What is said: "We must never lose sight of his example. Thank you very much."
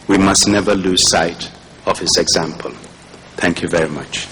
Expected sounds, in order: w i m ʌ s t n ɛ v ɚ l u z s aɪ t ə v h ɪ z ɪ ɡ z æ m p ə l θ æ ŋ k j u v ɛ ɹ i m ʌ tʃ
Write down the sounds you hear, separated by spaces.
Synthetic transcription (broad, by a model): w i m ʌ s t n ɛ v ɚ l u z s aɪ t ə v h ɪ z ɪ ɡ z æ m p ə l θ æ ŋ k j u v ɛ ɹ i m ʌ tʃ